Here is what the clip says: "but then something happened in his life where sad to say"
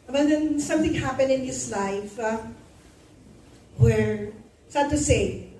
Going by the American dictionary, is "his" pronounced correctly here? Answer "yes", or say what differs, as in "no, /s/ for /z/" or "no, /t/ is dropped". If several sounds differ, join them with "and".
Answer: no, /s/ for /z/